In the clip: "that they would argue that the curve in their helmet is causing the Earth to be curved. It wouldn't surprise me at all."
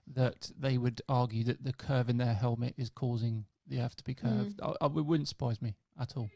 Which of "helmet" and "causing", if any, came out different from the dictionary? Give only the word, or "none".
none